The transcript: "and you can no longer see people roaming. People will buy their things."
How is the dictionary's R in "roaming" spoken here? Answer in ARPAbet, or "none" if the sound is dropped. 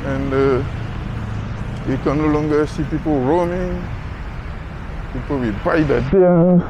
R